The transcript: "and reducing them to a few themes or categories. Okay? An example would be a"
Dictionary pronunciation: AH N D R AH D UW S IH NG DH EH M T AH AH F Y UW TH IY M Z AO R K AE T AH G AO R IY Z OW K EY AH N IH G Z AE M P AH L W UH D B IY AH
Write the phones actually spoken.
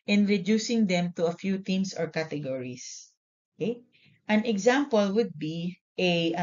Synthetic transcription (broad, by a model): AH N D R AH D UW S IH NG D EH M T AH AH F Y UW T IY M S AO R K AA T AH G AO R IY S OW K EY AH N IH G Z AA M P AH L W UH D B IY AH